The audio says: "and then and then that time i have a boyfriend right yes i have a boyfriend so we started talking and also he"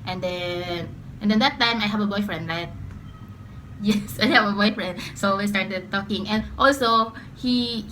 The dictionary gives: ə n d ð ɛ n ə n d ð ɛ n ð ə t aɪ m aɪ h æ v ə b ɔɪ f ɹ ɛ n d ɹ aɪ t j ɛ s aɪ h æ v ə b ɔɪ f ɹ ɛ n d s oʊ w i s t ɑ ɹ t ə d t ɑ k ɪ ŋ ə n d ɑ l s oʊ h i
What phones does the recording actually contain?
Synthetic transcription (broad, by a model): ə n d ɛ n ə n d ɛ n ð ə t aɪ m aɪ h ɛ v ə b ɔɪ f ɹ ɛ n d l aɪ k j ɛ s aɪ h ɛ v ə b ɔɪ f ɹ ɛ n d s oʊ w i s t ɑ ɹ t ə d t ɑ k ɪ ŋ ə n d ɑ l s oʊ h i